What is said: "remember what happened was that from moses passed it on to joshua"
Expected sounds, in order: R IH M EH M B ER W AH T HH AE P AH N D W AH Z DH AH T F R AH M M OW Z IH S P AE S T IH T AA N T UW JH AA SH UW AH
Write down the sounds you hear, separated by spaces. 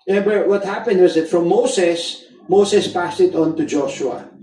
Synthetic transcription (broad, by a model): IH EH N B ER W AH T HH AE P AH N D W AH Z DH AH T F R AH M M OW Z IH S P AE S T IH T AA N T UW JH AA SH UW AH